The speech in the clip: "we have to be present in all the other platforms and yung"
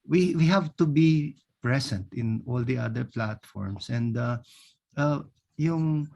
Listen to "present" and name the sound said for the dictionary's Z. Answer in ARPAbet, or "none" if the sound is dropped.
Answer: S